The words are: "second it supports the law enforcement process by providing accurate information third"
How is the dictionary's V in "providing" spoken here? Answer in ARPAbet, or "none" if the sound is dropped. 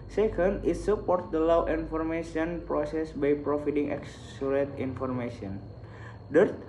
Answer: F